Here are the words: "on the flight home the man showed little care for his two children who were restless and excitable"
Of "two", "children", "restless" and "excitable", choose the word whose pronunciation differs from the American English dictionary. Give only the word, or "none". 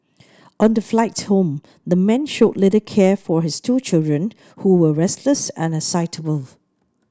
excitable